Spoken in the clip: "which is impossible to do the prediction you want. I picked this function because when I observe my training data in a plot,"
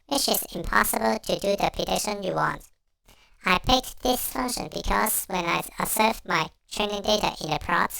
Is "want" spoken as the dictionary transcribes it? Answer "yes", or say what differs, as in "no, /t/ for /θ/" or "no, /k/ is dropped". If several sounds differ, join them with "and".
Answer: yes